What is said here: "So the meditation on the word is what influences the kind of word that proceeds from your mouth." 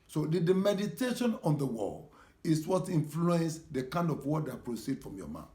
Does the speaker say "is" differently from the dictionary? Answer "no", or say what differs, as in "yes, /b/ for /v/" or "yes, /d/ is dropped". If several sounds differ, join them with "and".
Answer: yes, /s/ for /z/